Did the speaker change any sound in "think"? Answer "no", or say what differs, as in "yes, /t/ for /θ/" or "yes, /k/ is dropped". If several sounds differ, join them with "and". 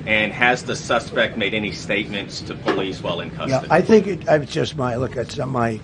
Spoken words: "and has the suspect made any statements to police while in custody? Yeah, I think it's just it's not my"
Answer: no